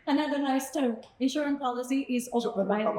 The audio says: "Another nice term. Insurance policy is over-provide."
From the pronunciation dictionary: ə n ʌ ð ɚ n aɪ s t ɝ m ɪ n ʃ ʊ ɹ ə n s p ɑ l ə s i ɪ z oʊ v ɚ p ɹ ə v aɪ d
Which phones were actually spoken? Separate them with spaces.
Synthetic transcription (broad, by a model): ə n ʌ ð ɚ n aɪ s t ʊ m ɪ n ʃ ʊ ɹ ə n p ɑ l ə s i ɪ z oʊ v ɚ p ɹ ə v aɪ